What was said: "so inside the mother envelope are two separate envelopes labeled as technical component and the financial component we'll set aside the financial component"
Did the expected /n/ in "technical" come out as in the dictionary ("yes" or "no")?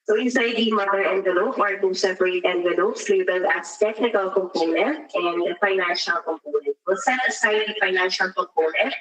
yes